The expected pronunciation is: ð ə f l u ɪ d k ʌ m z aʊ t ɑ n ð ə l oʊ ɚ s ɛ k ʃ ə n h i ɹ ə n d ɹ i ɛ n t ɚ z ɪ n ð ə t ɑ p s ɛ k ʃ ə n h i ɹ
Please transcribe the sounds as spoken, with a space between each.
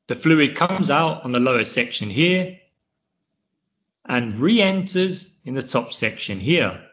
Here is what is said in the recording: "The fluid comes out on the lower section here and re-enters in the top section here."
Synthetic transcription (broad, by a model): ð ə f l u ɪ d k ʌ m z aʊ t n ð ə l oʊ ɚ s ɛ k ʃ ə n h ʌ ɹ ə n ɹ i ɛ n t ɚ z ɪ n ð ə t ɑ p s ɛ k ʃ ə n h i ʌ